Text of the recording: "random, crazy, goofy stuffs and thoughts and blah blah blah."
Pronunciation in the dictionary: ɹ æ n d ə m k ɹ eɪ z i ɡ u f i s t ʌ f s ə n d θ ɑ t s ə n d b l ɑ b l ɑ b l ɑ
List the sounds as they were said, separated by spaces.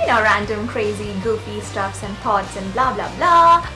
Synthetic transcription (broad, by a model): ɹ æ n d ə m k ɹ eɪ z i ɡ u p i s t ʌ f s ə n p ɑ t s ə n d b l ɑ b l ɑ b l ɑ